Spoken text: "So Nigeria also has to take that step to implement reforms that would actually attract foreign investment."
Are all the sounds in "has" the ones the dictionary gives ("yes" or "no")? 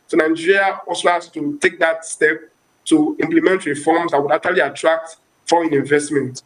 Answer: no